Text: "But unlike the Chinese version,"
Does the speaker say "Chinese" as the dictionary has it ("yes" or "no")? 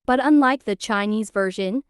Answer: yes